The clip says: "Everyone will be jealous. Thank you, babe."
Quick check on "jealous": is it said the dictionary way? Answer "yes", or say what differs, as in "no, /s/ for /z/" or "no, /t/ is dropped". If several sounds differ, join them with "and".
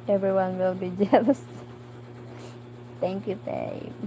yes